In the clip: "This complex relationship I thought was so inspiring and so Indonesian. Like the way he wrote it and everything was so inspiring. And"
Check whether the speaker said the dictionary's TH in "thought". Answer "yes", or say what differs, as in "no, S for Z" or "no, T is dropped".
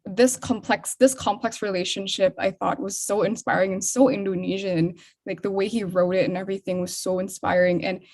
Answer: yes